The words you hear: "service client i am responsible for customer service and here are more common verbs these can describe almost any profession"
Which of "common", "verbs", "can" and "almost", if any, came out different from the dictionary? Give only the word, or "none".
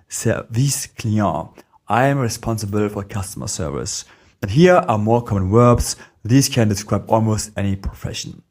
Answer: verbs